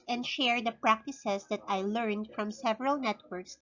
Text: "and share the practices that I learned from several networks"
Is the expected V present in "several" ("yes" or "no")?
yes